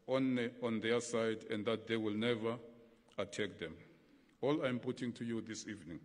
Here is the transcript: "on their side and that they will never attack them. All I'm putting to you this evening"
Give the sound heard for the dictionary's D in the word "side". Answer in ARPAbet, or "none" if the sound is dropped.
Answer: D